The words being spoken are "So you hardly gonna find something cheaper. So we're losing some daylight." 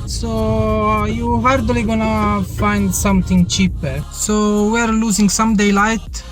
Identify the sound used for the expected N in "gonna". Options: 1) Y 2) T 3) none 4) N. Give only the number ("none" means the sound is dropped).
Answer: 4